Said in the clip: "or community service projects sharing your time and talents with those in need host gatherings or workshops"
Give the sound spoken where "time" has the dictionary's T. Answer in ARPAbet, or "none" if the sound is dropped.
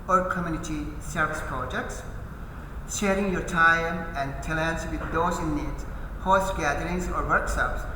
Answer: T